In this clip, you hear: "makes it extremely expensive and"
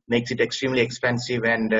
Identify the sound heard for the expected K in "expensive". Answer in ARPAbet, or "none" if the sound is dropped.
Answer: K